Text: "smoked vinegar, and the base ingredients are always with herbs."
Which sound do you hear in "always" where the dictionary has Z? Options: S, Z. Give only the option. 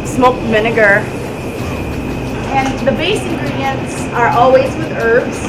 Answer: Z